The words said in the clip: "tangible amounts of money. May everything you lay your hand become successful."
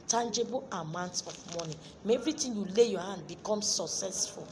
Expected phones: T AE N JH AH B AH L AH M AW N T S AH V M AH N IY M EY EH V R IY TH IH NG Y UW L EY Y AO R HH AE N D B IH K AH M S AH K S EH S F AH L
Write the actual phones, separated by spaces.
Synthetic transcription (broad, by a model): T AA N JH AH B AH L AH M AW N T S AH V M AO N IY M EY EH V R IY T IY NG Y UW L EY Y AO HH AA N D B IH K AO M S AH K S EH S F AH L